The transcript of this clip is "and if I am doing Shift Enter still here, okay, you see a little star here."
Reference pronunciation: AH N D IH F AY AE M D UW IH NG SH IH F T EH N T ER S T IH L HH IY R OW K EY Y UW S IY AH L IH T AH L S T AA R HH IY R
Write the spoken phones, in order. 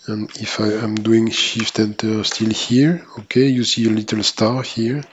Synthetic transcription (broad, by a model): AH N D IH F AY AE M D UW IH NG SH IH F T EH N T ER S T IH L HH IY R OW K EY Y UW S IY AH L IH T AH L S T AA R HH IY R